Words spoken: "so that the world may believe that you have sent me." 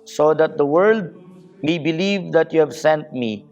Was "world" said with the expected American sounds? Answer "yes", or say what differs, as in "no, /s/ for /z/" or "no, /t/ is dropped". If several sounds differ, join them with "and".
yes